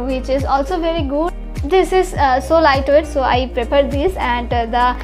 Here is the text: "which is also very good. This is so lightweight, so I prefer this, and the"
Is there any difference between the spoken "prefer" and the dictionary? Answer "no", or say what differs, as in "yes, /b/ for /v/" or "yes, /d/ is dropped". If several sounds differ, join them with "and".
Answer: yes, /p/ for /f/